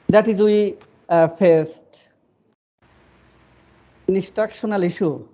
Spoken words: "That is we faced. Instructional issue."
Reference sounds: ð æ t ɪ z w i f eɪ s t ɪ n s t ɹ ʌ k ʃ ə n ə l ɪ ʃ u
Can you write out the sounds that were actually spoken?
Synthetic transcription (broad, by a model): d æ t ɪ z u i f eɪ s t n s t ɹ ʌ k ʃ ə n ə l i ʃ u